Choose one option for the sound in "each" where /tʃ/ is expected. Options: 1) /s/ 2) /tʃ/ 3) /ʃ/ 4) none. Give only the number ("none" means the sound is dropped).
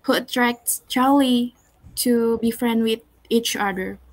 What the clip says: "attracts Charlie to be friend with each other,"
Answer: 2